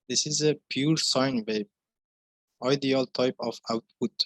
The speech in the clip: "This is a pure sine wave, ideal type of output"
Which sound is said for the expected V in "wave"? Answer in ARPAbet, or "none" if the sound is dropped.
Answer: B